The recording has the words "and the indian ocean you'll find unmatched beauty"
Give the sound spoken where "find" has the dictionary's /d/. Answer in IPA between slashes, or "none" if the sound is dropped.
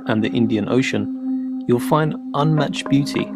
/d/